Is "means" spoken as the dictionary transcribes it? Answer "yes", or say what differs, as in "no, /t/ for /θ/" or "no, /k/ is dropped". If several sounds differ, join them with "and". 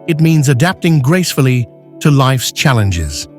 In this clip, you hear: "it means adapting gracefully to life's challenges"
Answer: yes